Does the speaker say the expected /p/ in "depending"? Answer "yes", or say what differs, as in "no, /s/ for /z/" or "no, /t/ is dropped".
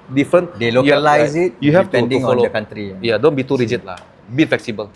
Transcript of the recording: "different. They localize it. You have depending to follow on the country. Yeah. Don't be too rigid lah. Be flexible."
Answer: no, /p/ is dropped